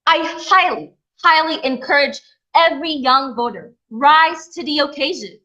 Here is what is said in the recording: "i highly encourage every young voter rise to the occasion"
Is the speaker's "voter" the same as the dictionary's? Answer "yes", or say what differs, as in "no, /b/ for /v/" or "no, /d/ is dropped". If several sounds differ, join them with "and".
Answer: yes